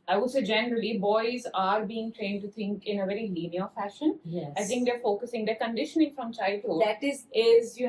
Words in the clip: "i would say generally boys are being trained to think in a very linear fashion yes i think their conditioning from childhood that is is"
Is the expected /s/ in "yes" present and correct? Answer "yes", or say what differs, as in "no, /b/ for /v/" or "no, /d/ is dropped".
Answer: no, /s/ is dropped